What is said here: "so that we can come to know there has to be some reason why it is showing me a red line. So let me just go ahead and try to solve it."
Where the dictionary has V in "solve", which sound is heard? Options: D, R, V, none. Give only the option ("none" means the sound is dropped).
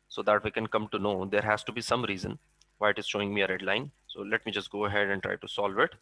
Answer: V